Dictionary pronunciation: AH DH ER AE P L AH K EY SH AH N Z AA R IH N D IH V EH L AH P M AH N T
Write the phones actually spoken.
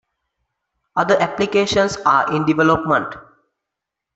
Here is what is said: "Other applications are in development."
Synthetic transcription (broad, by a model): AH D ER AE P L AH K EY SH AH N S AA R IH N D IH V EH L AH P M AH N T